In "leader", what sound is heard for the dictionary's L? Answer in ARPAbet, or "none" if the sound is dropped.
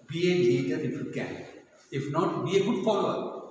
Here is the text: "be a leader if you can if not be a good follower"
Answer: N